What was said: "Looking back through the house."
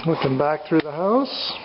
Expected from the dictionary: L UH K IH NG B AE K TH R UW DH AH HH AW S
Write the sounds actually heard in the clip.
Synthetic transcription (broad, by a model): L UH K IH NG B AE K TH R UW DH AH HH AW S